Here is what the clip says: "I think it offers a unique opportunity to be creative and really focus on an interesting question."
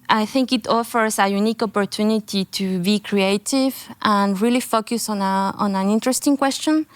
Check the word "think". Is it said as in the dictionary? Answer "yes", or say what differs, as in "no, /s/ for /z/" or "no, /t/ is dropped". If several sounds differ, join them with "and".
yes